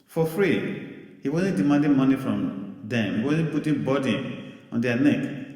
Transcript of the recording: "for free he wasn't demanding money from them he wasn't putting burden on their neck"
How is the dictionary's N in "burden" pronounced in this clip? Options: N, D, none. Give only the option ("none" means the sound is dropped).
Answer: none